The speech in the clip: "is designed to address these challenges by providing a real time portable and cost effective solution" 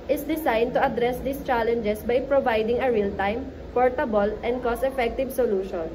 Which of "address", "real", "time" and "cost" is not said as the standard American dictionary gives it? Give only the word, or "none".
cost